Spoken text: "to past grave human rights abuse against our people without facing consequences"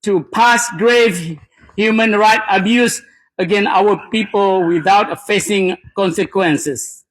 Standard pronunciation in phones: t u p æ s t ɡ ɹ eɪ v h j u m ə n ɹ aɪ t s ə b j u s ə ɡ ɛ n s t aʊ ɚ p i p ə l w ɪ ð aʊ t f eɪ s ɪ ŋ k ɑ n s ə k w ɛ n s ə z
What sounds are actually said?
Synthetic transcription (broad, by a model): t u p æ s ɡ ɹ eɪ v h j u m ə n ɹ aɪ t ə b j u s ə ɡ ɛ n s aʊ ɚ p i p ə l w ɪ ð aʊ t f eɪ s ɪ ŋ k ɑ n s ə k w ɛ n s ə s